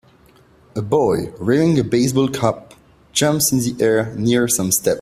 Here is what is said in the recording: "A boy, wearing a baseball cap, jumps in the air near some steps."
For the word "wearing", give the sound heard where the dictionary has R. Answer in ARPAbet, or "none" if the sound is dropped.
none